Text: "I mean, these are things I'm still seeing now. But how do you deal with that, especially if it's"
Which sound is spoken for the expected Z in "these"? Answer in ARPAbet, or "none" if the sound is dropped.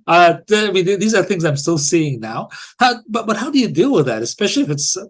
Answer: Z